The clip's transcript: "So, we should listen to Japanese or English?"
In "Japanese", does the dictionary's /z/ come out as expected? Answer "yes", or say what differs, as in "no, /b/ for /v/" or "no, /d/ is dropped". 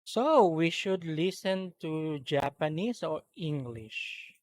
no, /s/ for /z/